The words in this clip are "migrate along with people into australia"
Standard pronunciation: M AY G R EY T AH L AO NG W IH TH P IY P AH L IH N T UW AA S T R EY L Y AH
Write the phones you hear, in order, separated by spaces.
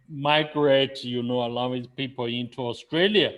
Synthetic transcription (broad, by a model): M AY G R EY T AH N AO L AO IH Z P IY P AH L IH N T UW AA S T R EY L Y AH